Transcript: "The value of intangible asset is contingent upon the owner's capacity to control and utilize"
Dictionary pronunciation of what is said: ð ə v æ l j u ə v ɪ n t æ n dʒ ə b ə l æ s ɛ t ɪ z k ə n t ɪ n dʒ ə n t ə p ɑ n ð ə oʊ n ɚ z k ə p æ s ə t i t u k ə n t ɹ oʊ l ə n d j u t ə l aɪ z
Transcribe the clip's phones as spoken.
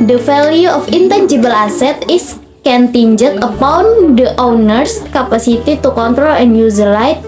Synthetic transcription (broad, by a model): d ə f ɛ l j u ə f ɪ n t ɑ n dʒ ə b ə l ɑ s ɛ t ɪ s k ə n t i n dʒ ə t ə p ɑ n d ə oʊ n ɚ s k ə p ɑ s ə t i t u k ə n t ɹ oʊ l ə n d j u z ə l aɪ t